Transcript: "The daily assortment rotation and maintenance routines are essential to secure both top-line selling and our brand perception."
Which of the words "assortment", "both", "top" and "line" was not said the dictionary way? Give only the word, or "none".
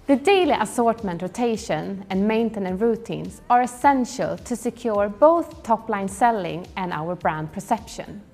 none